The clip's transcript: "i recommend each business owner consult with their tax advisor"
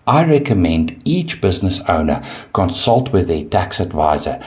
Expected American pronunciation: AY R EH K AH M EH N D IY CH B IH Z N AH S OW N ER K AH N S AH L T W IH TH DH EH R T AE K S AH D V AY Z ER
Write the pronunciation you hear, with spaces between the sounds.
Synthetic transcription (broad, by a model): AY R EH K AH M EH N D IY CH B IH Z N AH S OW N ER K AH N S AH L T W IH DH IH T AE K S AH D V AY Z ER